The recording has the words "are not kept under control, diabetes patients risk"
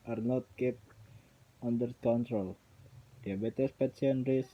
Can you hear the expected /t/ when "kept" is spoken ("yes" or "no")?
no